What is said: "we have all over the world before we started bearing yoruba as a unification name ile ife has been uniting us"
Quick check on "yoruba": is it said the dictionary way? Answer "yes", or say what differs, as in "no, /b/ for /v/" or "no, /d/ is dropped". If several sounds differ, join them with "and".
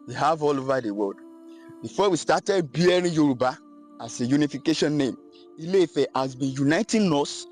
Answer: yes